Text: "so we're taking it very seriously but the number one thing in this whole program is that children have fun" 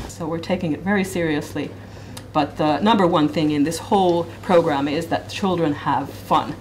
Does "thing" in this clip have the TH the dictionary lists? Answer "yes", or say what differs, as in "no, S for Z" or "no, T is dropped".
yes